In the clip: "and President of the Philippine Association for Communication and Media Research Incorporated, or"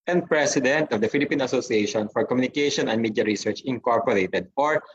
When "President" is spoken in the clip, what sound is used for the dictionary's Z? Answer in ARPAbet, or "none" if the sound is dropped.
S